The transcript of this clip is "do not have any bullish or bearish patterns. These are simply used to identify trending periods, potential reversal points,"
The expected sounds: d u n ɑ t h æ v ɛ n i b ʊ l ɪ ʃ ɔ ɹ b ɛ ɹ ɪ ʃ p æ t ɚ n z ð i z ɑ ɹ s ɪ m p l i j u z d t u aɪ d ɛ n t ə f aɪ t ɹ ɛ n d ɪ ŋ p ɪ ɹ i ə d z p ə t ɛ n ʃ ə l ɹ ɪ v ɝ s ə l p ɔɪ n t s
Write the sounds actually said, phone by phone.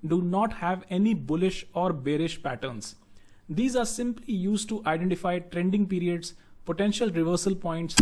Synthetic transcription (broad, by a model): d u n ɑ t h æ v ɛ n i b ʊ l ɪ ʃ ɔ ɹ b ɛ ɹ ɪ ʃ p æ t ɚ n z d i z ɑ ɹ s ɪ m p l i j u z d t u aɪ d ɛ n t ə f aɪ t ɹ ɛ n d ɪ ŋ p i ɹ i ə d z p ə t ɛ n ʃ ə l ɹ ɪ v ɝ s ə l p ɔɪ n t s